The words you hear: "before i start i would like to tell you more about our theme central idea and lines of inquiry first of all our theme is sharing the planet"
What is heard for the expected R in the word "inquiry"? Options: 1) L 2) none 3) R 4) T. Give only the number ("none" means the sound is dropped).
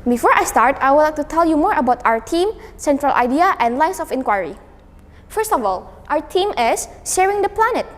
3